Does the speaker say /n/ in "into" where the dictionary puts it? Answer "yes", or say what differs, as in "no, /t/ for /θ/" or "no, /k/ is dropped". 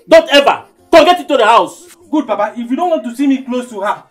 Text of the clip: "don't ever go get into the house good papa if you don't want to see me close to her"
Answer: no, /n/ is dropped